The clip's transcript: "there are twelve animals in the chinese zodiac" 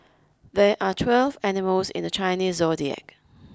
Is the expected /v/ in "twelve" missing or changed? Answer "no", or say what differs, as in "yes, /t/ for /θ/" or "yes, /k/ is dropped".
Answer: no